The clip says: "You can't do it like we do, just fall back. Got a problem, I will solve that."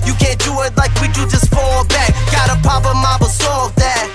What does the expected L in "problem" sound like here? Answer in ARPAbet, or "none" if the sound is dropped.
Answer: none